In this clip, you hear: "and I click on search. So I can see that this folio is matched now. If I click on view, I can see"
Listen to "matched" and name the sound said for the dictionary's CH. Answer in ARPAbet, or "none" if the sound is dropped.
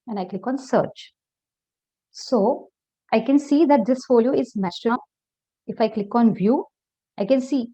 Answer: S